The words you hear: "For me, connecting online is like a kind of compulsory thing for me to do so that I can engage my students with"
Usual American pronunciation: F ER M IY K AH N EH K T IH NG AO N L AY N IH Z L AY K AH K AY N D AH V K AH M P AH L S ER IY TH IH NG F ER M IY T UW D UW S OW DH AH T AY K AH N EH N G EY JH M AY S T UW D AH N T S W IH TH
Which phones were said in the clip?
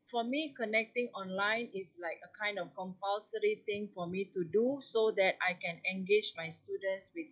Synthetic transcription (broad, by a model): F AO M IY K AH N EH K T IH NG AO N L AY N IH S L AY K AH K AY N D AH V K AH M P AH L S ER IY T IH NG F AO M IY T UW D UW S OW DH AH T AY K AH N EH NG G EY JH M AY S T UW D AH N T S W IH